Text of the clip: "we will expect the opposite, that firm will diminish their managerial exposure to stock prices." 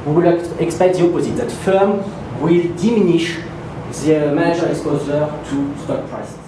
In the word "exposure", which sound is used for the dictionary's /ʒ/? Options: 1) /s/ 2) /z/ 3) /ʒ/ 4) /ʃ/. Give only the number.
2